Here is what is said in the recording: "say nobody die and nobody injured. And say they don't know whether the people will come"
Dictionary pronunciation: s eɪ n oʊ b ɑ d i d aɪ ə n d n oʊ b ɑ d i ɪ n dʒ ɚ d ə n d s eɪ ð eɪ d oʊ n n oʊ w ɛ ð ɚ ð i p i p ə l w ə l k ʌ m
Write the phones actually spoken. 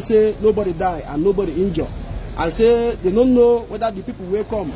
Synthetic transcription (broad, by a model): s eɪ n oʊ b ɑ d i d aɪ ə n n oʊ b ɑ d i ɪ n dʒ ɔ ə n s eɪ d eɪ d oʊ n n oʊ w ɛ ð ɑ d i p i p ə l w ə k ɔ m